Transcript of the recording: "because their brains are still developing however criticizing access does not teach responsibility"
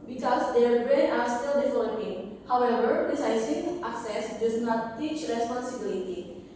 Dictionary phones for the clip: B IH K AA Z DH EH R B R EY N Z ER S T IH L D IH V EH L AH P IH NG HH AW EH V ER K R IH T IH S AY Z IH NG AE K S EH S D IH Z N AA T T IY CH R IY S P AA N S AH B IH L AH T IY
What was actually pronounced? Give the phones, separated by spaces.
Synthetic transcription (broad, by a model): B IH K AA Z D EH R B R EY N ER S T IH L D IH F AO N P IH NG HH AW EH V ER R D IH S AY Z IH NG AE K S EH S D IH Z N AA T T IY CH R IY S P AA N S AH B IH L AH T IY